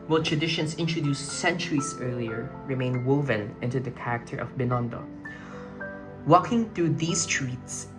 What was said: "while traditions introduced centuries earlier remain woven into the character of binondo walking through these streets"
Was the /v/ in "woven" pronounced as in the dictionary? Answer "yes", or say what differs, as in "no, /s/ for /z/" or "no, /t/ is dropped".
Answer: yes